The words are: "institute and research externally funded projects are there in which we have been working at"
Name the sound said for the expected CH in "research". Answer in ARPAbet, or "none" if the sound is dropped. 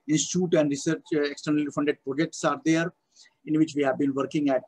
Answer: CH